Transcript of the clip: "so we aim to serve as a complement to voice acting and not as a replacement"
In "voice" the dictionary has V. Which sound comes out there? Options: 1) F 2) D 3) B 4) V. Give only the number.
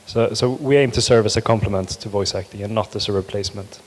4